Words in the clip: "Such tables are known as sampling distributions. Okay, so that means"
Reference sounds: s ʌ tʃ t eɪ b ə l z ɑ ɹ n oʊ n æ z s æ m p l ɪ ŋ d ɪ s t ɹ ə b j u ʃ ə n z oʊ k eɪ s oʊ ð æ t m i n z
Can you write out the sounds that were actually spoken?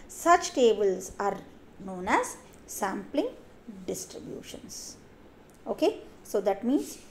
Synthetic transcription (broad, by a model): s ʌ tʃ t eɪ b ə l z ɑ ɹ n oʊ n æ z s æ m p l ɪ ŋ d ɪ s t ɹ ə b j u ʃ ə n s oʊ k eɪ s oʊ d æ t m i n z